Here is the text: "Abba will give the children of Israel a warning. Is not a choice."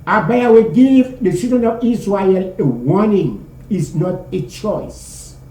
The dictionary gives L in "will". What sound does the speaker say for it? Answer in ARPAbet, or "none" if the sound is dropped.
W